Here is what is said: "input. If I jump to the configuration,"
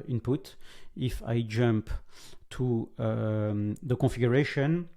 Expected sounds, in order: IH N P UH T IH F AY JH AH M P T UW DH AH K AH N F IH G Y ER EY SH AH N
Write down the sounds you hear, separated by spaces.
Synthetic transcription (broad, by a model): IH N P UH T IH F AY JH AH M P T UW DH AH K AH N F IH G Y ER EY SH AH N